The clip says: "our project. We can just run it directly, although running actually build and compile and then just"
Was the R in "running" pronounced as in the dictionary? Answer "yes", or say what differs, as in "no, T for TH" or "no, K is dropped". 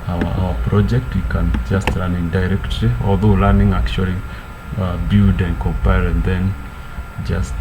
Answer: no, L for R